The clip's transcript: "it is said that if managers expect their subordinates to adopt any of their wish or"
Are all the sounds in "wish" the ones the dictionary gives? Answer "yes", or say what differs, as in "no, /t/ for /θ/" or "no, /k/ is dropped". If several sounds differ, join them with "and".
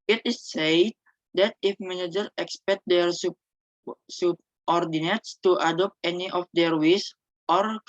no, /s/ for /ʃ/